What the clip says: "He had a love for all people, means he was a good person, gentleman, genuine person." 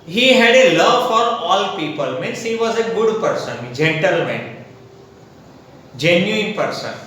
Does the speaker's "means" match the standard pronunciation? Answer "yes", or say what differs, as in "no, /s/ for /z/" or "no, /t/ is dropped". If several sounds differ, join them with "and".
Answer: no, /s/ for /z/